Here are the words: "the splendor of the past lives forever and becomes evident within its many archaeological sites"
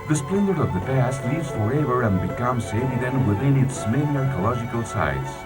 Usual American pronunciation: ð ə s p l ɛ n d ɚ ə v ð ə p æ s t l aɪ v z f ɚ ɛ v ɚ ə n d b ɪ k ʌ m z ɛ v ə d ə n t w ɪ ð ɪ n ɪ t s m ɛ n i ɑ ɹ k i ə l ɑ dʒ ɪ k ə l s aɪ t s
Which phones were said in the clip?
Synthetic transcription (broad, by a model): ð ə s p l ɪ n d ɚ ə v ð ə p æ s t l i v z f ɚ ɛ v ɚ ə n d b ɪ k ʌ m s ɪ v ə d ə n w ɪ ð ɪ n ɪ t s m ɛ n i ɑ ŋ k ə l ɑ dʒ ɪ k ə l s aɪ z